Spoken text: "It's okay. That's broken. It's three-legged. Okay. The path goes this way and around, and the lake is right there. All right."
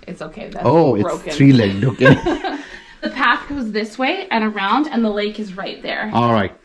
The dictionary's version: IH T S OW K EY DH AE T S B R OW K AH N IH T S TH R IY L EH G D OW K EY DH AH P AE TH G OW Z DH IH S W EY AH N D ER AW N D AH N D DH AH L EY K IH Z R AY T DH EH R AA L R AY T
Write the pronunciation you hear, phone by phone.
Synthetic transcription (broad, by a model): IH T S OW K EY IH OW AH IH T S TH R IY L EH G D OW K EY DH AH P AE TH G OW Z DH IH S W EY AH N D ER AW N D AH N DH AH L EY K IH Z R AY T DH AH R AA L R AY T